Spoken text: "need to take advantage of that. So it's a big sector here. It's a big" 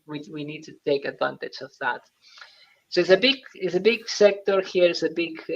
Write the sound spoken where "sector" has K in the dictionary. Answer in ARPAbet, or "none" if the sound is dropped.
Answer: K